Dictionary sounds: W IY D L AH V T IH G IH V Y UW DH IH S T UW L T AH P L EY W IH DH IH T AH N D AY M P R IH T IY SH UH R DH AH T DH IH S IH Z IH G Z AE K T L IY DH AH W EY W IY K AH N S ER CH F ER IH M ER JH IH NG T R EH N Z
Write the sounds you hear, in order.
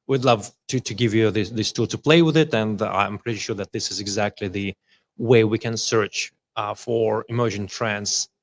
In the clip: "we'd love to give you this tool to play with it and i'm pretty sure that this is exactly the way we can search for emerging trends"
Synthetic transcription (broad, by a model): W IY D L AH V T IH G IH V Y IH DH IH S T UW L T AH P L EY W IH DH IH T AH N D AY M P R IH T IY SH UH R DH AH T DH IH S IH Z IH G Z AE K T L IY DH AH W EY W IY K AH N S ER CH F ER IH M ER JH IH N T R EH N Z